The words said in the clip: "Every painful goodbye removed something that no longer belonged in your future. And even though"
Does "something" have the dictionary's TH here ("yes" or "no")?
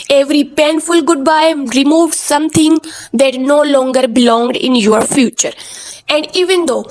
no